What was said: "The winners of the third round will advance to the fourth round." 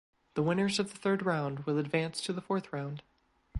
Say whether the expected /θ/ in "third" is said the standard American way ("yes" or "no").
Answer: yes